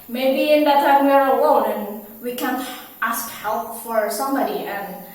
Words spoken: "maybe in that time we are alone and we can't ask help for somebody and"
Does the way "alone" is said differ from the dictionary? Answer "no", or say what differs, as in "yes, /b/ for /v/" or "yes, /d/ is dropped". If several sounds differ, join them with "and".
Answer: yes, /w/ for /l/ and /n/ is dropped